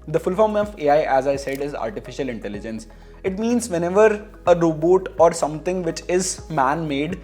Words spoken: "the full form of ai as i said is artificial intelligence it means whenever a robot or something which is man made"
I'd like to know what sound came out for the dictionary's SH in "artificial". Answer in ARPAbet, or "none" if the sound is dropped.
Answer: SH